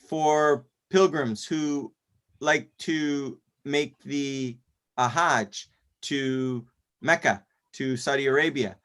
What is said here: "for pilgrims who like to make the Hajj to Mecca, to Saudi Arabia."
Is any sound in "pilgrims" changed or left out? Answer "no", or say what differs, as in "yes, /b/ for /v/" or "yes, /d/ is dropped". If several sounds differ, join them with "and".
no